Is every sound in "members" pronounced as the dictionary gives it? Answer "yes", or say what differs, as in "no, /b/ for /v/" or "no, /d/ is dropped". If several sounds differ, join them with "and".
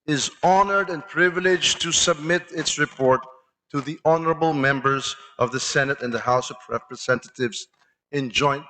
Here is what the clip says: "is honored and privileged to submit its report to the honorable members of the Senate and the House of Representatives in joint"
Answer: yes